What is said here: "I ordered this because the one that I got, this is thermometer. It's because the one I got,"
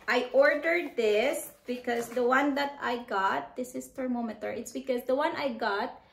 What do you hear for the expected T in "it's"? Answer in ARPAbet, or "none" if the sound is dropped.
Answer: T